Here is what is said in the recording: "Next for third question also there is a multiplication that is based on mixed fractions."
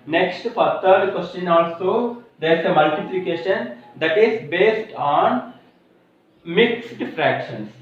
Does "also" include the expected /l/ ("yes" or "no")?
yes